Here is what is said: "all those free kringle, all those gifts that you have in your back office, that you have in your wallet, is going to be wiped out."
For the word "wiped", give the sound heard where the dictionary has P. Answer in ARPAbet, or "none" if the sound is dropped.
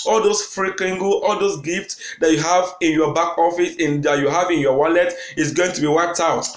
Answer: none